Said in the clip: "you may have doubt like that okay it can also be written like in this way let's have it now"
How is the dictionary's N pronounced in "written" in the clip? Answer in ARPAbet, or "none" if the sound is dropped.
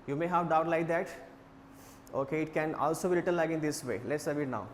L